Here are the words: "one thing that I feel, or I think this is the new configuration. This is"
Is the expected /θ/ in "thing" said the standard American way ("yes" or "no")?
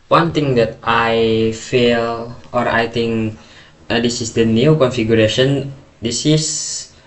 no